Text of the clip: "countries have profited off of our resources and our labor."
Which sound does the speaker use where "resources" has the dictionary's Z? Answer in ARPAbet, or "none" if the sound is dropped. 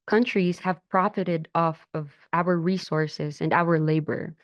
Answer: Z